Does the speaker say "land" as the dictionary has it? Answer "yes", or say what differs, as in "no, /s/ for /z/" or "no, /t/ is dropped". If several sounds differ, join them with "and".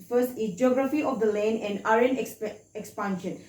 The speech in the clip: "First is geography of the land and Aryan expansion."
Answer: no, /d/ is dropped